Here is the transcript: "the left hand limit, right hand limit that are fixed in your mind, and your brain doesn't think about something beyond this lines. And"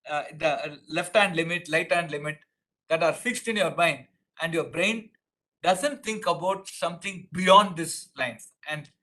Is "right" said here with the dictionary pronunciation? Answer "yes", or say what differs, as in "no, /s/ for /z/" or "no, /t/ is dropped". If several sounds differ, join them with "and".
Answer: no, /l/ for /ɹ/